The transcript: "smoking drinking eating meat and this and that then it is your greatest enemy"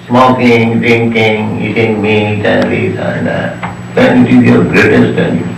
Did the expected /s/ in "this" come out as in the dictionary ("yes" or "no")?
no